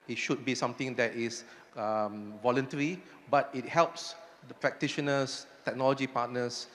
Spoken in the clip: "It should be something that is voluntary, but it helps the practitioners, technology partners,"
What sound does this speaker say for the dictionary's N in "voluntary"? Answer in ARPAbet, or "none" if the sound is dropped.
N